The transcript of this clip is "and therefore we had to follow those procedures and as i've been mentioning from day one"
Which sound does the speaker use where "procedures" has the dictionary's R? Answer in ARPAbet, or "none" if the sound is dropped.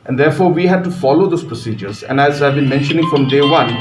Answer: R